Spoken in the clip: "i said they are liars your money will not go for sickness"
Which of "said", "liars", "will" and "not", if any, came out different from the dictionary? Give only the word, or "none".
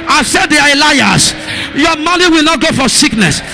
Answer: liars